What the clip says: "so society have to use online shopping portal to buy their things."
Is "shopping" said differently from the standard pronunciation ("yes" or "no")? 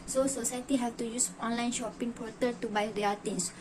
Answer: no